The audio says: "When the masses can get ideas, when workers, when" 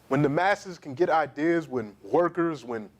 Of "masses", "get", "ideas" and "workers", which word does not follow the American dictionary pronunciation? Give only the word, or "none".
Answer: none